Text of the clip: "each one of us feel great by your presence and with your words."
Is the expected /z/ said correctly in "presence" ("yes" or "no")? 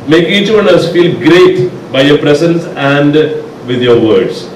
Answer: no